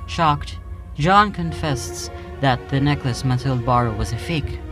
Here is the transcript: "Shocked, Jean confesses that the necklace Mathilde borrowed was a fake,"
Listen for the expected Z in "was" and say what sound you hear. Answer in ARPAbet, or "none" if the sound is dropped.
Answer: Z